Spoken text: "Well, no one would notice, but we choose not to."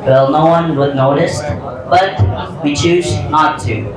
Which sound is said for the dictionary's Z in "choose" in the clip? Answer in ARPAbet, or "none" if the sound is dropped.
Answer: Z